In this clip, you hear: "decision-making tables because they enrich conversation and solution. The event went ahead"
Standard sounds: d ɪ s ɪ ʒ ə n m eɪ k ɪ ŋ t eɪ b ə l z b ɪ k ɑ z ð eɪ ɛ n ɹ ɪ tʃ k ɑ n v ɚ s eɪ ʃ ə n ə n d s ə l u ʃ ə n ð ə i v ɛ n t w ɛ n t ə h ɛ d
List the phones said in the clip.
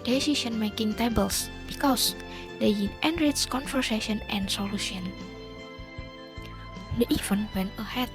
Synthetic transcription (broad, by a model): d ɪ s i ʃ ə n m eɪ k ɪ ŋ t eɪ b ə l s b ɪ k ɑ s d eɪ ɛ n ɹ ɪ s k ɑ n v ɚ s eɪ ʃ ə n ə n s ə l u ʃ ə n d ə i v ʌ n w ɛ n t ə h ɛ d